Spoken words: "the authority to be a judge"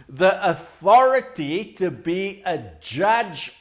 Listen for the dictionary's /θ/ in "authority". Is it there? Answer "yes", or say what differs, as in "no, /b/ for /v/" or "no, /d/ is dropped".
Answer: yes